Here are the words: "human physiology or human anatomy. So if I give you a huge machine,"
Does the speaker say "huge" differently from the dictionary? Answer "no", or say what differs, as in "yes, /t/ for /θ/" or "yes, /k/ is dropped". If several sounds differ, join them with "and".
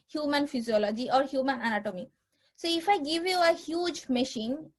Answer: no